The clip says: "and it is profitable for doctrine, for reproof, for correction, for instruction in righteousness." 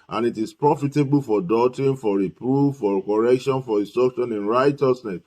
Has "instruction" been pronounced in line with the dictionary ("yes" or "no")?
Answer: no